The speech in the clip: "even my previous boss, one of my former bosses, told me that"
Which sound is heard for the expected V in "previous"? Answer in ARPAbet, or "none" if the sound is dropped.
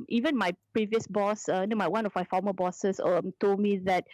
V